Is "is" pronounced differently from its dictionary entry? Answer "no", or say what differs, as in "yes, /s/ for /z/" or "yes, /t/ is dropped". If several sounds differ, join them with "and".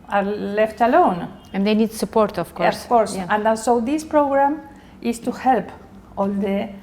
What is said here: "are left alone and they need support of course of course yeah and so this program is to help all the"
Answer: yes, /s/ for /z/